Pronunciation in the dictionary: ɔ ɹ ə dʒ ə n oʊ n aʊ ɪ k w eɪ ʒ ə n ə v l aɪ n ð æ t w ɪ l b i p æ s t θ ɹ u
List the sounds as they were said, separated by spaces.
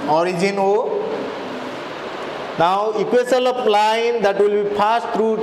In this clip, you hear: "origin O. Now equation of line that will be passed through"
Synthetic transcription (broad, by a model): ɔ ɹ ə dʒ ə n oʊ n aʊ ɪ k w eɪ s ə l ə p l aɪ n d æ t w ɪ l b i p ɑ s t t ɹ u